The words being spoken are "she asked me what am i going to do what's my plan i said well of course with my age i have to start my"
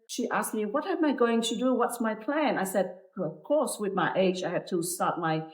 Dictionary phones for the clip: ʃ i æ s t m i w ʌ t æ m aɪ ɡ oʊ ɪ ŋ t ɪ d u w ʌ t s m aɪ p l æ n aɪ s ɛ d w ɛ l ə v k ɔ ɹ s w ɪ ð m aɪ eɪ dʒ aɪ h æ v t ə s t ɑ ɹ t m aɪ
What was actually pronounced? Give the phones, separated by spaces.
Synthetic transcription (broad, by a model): ʃ i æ s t m i w ʌ t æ m aɪ ɡ oʊ ɪ ŋ t ɪ d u w ʌ t s m aɪ p l æ n aɪ s ɛ d ə v k ɔ ɹ s w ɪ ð m aɪ eɪ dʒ aɪ h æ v t ə s t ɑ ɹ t m aɪ